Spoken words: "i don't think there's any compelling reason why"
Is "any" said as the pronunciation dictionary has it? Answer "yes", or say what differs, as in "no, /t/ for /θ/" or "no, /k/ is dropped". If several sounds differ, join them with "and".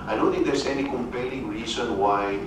yes